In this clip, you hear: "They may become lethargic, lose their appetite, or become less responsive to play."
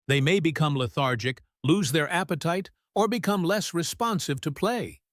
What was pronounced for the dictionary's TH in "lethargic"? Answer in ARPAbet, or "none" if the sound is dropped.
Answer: TH